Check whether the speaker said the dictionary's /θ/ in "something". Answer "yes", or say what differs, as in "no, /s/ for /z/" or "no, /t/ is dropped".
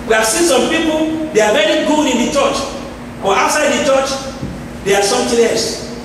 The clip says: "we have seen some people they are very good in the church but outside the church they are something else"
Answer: no, /t/ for /θ/